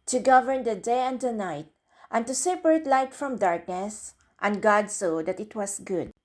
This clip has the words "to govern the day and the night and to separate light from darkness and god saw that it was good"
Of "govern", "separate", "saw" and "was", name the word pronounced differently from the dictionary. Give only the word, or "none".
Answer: was